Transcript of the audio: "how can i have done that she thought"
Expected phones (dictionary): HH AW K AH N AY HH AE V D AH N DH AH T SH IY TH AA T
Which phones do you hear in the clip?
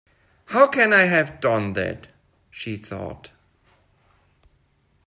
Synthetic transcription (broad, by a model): HH AW K AH N AY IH V D AH N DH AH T SH IY TH AA T